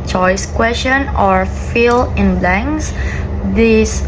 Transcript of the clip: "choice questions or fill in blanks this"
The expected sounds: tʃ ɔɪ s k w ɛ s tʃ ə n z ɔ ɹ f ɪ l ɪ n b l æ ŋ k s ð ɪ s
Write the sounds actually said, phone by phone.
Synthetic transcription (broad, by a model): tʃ ɔɪ s k w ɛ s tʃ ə n ɔ ɹ f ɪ l ɪ n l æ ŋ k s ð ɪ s